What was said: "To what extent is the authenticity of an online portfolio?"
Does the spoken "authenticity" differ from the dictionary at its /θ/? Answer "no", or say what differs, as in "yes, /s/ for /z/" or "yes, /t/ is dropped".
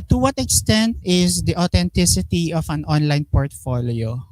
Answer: yes, /t/ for /θ/